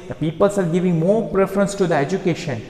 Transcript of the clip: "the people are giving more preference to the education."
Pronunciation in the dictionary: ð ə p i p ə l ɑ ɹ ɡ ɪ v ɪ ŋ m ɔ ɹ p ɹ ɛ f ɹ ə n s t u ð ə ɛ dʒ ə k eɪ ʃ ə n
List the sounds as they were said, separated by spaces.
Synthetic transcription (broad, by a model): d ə p i p ə l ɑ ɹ ɡ ɪ v ɪ ŋ m ɔ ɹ p ɹ ɛ f ɹ ə n s t u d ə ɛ dʒ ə k eɪ ʃ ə n